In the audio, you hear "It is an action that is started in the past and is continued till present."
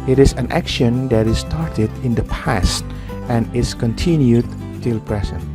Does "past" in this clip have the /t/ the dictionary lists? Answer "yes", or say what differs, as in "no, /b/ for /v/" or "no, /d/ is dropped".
yes